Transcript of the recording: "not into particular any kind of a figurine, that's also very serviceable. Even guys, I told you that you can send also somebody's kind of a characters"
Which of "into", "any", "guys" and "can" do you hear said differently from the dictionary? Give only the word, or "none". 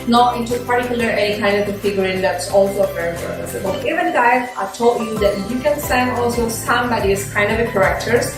guys